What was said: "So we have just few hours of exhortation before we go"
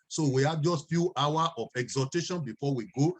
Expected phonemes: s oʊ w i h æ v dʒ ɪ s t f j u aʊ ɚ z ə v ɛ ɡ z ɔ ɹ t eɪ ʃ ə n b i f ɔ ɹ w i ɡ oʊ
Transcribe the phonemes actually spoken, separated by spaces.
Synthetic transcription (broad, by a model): s oʊ w i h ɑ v dʒ ɪ s t f j u aʊ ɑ ə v ɛ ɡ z ɔ t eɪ ʃ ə n b i f ɔ w i ɡ oʊ